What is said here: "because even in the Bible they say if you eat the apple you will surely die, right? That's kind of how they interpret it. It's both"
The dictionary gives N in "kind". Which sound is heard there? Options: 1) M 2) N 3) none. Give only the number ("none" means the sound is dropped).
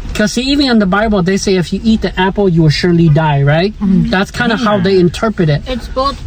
2